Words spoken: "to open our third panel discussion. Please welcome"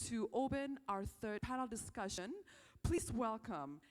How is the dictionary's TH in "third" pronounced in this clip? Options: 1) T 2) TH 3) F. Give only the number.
2